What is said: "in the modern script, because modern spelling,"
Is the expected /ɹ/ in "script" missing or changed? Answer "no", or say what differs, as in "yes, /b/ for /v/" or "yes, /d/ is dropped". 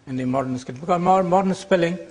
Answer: yes, /ɹ/ is dropped